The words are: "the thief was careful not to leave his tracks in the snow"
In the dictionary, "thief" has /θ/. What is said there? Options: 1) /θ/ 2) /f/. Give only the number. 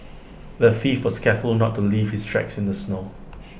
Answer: 2